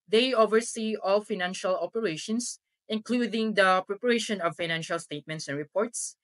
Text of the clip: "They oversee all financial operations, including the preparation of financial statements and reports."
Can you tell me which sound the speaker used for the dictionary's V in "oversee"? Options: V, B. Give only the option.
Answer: V